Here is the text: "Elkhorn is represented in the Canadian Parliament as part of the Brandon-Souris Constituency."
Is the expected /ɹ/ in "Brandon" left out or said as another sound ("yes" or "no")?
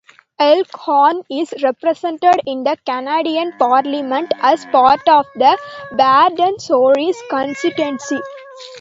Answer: yes